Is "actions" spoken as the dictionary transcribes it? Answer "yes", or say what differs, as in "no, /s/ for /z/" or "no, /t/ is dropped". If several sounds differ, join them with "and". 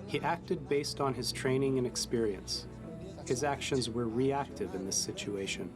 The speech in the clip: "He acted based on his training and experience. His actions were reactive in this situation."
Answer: yes